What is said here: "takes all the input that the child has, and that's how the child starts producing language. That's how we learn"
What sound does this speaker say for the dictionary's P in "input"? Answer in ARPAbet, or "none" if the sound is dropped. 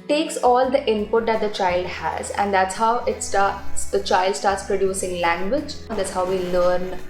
P